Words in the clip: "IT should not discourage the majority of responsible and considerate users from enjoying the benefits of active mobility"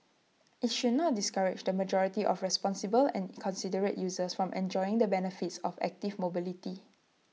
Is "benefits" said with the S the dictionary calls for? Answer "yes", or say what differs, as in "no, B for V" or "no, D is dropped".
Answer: yes